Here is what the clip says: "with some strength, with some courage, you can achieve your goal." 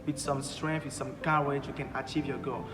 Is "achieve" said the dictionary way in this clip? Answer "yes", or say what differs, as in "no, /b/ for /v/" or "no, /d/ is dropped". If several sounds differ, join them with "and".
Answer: yes